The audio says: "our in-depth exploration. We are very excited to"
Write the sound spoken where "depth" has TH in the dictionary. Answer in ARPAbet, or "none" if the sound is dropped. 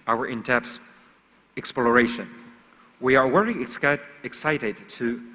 S